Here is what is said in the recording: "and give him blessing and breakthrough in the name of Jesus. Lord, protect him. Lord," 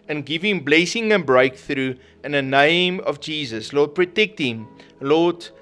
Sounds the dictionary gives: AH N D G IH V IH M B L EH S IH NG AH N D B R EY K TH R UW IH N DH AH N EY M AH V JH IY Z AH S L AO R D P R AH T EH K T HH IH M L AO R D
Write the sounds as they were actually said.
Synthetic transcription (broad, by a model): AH N G IH V IH M B L EH S IH NG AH N B R EY K TH R UW IH N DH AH N EY M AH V JH IY Z AH S L AO D P R AH T EH K T HH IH M L AO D